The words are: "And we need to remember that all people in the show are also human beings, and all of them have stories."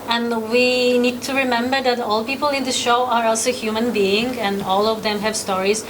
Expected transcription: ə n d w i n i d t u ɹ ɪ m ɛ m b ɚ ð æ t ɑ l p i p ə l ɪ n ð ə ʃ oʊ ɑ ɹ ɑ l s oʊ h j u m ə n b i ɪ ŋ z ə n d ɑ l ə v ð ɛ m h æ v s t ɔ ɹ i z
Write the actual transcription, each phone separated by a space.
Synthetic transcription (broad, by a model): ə n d w i n i d t u ɹ ɪ m ɛ m b ɚ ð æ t ɑ l p i p ə l ɪ n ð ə ʃ oʊ ɑ ɹ ɑ l s oʊ h j u m ə n b i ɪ ŋ ə n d ɑ l ə v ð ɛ m h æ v s t ɔ ɹ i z